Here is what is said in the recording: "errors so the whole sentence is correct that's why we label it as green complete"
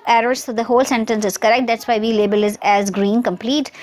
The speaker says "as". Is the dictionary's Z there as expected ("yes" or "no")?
yes